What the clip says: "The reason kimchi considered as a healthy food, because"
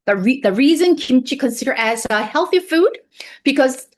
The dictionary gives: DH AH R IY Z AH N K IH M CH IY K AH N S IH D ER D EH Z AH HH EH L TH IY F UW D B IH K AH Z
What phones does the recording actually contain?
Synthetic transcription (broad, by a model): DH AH R IY Z AH N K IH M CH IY K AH N S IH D ER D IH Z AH HH EH L TH IY F UW D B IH K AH Z